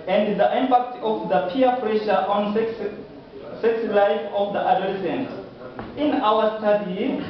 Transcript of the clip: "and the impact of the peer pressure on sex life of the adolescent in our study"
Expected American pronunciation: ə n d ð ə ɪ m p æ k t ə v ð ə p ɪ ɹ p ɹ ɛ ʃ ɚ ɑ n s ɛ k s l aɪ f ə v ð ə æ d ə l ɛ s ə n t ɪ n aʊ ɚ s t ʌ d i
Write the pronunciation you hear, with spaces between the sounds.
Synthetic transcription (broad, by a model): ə n d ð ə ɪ m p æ k t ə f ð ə p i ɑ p ɹ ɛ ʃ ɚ ɑ n s ɛ k s l aɪ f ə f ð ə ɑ d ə l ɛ s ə n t ɪ n aʊ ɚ s t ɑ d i